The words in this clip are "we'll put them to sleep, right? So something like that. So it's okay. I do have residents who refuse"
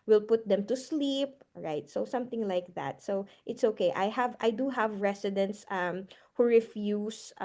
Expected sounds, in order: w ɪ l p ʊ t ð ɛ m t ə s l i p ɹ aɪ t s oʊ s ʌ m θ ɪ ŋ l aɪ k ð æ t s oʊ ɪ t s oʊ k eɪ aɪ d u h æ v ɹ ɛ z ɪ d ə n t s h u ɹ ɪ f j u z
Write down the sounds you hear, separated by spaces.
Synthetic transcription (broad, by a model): w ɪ l p ʊ t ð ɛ m t ə s l i p ɹ aɪ t s oʊ s ʌ m θ ɪ ŋ l aɪ k ð æ t s oʊ ɪ t s oʊ k eɪ aɪ d u h æ v ɹ ɛ s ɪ d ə n t s h u ɹ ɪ f j u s